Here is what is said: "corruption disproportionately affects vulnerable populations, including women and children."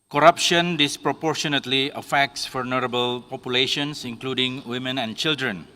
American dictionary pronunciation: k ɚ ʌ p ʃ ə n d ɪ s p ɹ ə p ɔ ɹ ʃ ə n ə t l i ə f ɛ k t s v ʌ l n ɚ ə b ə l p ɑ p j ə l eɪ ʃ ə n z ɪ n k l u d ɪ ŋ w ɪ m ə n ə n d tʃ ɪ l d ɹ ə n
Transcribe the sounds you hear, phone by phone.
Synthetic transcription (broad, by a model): k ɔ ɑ p ʃ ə n d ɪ s p ɹ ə p ɔ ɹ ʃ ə n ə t l i ə f ɛ k t s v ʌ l n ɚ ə b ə l p ɑ p j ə l eɪ ʃ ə n s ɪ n k l u d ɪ ŋ w ɪ m ə n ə n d tʃ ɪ l d ɹ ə n